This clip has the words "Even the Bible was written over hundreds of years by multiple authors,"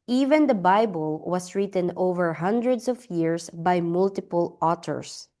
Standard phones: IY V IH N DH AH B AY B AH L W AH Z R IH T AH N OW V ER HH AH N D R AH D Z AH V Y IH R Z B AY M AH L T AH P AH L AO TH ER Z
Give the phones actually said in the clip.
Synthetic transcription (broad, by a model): IY V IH N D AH B AY B AH L W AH S R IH T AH N OW V ER HH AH N D R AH D S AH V Y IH R S B AY M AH L T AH P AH L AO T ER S